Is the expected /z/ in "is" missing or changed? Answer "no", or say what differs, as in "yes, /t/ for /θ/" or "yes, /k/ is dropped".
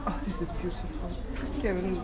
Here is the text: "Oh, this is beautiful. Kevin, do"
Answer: no